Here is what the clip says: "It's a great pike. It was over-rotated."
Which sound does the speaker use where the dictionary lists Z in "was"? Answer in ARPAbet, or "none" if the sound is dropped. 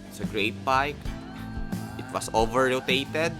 S